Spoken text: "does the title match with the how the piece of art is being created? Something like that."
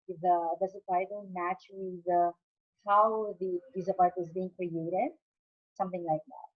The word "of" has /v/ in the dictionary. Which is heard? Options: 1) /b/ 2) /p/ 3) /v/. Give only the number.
2